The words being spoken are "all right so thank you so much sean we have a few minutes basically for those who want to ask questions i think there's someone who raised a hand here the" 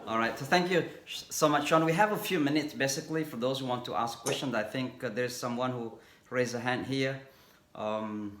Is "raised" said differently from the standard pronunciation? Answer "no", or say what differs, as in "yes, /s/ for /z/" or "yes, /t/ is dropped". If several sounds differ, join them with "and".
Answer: yes, /d/ is dropped